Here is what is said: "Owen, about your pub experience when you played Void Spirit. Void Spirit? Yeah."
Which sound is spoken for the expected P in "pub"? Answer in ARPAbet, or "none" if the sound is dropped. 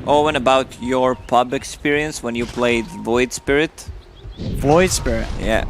P